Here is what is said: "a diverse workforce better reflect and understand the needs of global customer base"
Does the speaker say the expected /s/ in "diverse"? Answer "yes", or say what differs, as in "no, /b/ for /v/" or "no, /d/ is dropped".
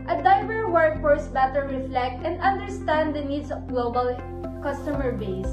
no, /s/ is dropped